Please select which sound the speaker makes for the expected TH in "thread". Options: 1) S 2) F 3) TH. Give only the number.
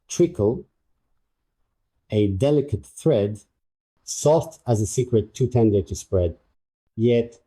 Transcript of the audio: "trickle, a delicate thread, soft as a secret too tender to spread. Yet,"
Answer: 3